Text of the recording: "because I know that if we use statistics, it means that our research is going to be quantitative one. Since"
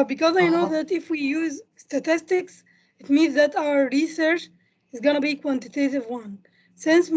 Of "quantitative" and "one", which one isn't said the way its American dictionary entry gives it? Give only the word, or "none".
none